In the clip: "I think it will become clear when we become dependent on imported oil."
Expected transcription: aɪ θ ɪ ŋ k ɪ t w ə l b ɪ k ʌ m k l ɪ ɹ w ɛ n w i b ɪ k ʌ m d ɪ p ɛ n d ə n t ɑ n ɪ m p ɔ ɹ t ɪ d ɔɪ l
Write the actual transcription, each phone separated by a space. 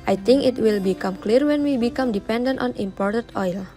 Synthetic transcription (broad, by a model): aɪ t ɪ ŋ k ɪ t w ə l b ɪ k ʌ m k l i ɹ w ɛ n w i b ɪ k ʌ m d ɪ p ɛ n d ə n t ɑ n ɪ m p ɔ ɹ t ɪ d ɔɪ l